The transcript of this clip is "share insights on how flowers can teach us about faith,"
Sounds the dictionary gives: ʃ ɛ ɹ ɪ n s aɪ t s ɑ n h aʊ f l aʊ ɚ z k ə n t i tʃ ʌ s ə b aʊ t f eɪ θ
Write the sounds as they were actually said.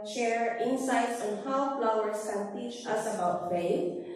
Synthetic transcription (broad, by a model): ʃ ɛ ɹ ɪ n s aɪ t s ɑ n h aʊ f l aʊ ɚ s k ə n t i tʃ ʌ s ə b aʊ t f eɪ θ